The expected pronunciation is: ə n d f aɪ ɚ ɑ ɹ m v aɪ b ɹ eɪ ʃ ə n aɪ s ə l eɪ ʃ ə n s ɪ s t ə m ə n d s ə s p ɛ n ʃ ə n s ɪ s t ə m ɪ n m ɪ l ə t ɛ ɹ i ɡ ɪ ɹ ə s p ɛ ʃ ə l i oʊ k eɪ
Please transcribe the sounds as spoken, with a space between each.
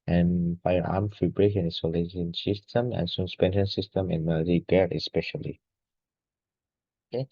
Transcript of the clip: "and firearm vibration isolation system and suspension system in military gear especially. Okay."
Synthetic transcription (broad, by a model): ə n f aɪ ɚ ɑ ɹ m f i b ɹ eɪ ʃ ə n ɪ s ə l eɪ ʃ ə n s ɪ s t ə m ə n s ə s p ɛ n ʃ ə n s ɪ s t ə m ɪ n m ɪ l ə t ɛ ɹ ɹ ə s p ɛ ʃ ə l i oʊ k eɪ